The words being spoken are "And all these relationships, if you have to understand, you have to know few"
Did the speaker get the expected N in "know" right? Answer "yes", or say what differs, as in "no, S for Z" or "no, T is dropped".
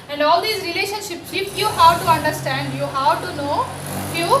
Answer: yes